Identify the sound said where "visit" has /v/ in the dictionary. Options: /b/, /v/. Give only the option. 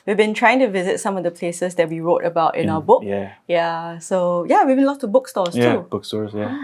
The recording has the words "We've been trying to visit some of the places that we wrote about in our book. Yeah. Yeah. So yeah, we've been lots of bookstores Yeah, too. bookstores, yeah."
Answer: /v/